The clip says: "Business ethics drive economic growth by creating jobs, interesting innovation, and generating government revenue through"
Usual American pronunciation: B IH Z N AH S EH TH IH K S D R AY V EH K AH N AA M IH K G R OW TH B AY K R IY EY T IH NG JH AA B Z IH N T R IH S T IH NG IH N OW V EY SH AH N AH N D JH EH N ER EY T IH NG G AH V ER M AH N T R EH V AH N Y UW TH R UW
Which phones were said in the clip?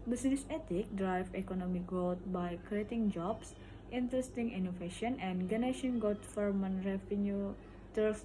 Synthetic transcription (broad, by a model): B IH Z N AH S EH T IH K D R AY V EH K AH N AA M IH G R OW T B AY K R IY EY T IH NG JH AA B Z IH N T R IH S T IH NG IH N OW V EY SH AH N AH N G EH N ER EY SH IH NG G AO F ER M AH N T R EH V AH N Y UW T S